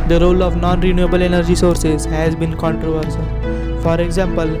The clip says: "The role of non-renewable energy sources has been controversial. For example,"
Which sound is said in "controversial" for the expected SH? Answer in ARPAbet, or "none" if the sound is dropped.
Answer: S